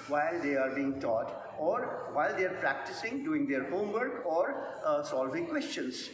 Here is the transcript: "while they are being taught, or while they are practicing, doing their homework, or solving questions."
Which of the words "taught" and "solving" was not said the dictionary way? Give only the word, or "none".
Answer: none